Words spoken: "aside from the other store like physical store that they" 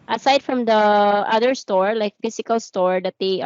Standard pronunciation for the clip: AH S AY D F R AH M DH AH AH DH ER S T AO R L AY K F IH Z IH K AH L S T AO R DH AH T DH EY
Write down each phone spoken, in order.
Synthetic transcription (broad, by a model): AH S AY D F R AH M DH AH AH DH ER S T AO R L AY K F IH S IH K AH L S T AO R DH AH T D EY